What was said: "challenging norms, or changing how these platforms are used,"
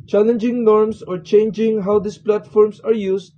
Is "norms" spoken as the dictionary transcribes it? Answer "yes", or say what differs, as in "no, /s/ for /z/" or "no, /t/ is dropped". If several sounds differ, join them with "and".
no, /s/ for /z/